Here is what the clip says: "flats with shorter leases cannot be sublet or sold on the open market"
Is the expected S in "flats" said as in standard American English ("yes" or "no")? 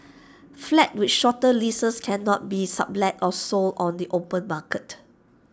no